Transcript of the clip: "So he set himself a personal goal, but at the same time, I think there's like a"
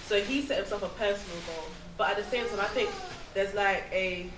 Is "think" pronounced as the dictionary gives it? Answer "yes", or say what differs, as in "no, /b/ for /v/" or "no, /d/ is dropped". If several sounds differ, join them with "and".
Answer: yes